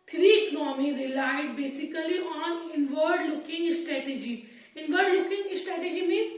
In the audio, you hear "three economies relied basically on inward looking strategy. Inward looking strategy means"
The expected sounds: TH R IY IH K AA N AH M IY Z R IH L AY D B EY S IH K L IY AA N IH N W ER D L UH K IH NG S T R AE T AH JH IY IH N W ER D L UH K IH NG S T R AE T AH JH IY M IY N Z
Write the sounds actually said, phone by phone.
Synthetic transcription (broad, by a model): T R IY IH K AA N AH M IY R IH L AY D B EY S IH K L IY AA N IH N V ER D L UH K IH NG S T R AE T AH JH IY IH N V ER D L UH K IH NG S T R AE T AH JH IY M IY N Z